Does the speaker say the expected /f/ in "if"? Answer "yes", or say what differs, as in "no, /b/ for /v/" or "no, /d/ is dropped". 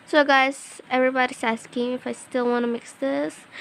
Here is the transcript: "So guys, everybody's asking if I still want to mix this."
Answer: yes